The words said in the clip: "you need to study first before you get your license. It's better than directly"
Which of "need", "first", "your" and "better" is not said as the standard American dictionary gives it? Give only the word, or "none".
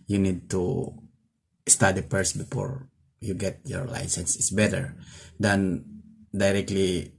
first